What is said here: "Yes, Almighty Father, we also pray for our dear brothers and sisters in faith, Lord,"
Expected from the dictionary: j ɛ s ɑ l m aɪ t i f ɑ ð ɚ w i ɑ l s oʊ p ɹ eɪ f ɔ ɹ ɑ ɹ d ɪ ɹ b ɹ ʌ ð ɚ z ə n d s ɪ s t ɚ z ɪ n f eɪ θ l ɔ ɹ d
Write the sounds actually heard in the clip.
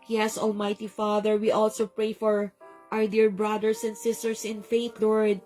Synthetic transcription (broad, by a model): j ɛ s ɑ l m aɪ t i f ɑ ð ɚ w i ɑ l s oʊ p ɹ eɪ f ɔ ɹ ɑ ɹ d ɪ ɹ b ɹ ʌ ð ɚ s ə n d s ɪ s t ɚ s ɪ n f eɪ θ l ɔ ɹ d